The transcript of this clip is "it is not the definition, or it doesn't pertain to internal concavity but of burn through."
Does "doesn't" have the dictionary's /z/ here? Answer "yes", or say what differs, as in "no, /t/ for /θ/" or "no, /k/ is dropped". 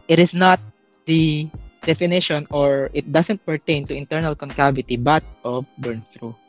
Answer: no, /s/ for /z/